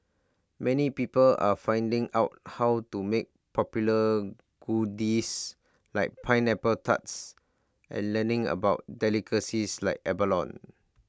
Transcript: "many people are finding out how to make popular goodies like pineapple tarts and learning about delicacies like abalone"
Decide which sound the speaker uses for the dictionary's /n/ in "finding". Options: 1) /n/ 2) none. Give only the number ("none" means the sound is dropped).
1